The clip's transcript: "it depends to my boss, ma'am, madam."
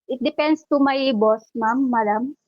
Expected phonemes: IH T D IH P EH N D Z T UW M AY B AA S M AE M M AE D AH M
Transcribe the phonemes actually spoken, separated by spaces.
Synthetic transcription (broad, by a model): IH T D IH P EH N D S T UW M AY B AA S M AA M M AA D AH M